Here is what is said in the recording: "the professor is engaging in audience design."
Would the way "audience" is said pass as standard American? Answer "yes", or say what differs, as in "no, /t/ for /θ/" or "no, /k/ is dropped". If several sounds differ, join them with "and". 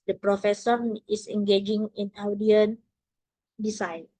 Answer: no, /s/ is dropped